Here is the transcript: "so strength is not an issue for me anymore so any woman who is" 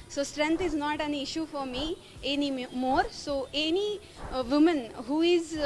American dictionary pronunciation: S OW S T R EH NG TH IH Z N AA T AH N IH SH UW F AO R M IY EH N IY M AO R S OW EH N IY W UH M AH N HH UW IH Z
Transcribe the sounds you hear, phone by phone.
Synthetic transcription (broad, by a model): S OW S T R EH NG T IH Z N AA T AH N IH SH UW F AO R M IY EH N IY M AO R S OW EH N IY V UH M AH N HH UW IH Z